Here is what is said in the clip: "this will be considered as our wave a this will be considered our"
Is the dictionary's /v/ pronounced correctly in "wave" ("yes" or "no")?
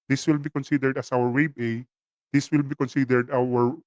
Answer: no